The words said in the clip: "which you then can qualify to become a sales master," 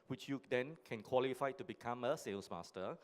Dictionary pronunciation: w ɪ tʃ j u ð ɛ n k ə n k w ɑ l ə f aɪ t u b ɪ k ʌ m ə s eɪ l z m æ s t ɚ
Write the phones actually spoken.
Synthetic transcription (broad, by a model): w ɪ tʃ j u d ɛ n k ə n k w ɑ l ə f aɪ t u b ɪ k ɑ m ə s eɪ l s m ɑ s t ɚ